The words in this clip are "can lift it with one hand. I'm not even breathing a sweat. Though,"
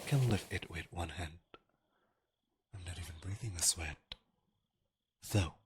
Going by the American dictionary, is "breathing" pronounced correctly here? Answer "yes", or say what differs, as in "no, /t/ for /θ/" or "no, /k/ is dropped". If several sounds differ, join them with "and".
yes